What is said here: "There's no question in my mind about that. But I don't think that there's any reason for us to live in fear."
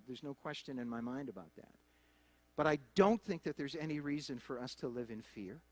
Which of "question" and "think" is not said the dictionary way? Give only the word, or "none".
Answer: none